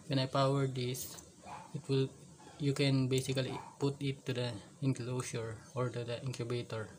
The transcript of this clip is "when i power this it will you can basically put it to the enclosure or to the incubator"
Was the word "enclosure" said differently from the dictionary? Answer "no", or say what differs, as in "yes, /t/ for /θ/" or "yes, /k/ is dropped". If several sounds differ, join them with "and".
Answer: yes, /s/ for /ʒ/